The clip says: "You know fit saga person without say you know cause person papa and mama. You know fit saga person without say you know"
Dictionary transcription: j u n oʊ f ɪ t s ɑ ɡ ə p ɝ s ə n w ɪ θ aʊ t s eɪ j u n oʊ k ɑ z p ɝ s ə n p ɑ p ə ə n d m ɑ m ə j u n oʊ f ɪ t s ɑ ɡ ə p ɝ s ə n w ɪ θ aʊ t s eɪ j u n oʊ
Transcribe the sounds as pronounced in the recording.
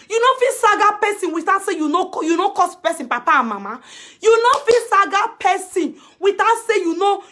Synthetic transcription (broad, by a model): j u n oʊ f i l s ɑ ɡ ə p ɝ s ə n w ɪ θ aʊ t s eɪ j u n oʊ k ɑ s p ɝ s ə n p ɑ p ə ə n m ɑ m ə j u n oʊ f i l s ɑ ɡ ə p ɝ s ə n w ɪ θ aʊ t s eɪ j u n oʊ